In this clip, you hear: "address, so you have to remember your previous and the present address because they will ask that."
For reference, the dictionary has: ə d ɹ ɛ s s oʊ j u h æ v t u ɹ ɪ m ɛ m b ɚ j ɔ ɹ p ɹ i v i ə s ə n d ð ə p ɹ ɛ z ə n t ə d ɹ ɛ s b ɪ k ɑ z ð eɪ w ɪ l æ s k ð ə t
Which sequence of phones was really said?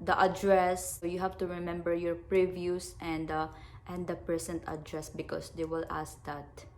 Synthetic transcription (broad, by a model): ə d ɹ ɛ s s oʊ j u h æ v t u ɹ ɪ m ɛ m b ɚ j ɔ ɹ p ɹ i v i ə s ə n d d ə p ɹ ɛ s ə n t ə d ɹ ɛ s b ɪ k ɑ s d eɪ w ɪ l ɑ s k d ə t